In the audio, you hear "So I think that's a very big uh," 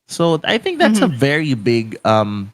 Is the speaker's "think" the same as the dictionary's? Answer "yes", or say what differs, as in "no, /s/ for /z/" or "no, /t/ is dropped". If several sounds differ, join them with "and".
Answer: yes